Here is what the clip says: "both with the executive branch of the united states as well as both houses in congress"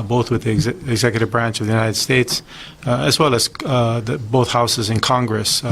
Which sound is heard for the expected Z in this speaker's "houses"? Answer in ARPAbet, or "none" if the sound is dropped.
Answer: Z